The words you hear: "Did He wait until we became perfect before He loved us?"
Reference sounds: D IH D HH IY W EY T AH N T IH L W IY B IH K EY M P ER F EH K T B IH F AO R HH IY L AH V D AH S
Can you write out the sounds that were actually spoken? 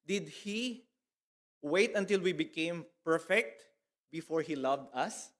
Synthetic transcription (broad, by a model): D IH D HH IY W EY T AH N T IH L W IY B IH K EY M P ER F EH K T B IH F AO R HH IY L AH V D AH S